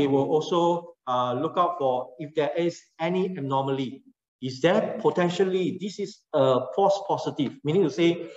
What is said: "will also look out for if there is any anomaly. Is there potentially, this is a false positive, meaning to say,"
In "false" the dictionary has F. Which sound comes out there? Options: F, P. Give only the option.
P